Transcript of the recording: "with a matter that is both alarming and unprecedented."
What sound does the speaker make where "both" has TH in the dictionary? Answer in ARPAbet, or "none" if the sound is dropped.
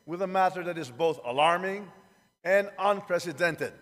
TH